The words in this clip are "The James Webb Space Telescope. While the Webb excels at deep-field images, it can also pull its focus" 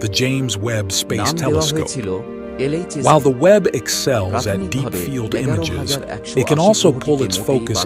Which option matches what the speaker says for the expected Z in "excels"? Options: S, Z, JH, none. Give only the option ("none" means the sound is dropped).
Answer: Z